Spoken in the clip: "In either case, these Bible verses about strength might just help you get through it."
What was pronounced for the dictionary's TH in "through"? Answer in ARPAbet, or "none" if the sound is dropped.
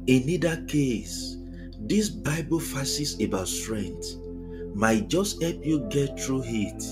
T